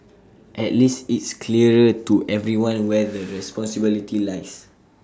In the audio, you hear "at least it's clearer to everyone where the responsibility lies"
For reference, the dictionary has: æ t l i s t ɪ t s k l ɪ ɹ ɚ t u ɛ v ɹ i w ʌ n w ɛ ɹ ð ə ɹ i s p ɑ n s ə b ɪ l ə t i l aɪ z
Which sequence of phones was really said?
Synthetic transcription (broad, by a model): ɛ t l i s t ɪ t s k l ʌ ɹ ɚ t u ɛ v ɹ i w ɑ n w ɛ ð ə ɹ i s p ɑ n s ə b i l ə t i l aɪ s